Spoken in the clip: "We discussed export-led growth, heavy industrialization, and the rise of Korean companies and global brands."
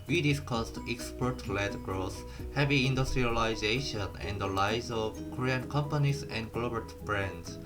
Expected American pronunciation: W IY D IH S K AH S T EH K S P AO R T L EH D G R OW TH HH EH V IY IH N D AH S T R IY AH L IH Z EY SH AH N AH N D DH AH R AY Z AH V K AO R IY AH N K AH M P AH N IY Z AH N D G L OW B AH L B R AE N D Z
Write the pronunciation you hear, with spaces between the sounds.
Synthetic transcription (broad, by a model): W IY D IH S K AH S T EH K S P AO R T L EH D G R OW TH HH EH V IY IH N D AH S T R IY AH L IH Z EY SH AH N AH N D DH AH L AY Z AH V K AO R IY AH N K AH M P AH N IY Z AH N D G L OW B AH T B R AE N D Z